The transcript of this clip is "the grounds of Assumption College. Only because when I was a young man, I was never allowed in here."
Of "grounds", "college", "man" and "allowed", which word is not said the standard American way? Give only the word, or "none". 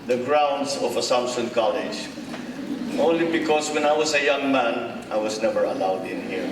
grounds